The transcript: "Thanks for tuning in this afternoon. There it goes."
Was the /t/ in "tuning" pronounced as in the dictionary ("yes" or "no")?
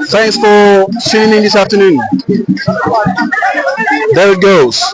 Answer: no